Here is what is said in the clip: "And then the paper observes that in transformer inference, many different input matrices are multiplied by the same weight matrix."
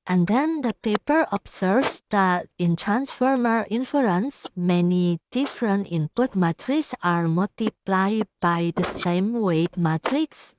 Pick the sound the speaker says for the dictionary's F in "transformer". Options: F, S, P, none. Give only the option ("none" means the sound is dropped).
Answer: F